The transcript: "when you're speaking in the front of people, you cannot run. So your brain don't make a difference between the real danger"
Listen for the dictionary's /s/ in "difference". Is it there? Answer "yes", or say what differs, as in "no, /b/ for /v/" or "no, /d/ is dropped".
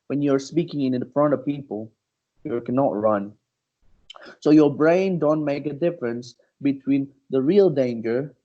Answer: yes